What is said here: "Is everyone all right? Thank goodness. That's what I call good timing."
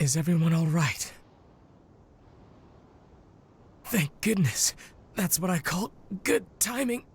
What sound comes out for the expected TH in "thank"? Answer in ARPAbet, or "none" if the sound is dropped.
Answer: TH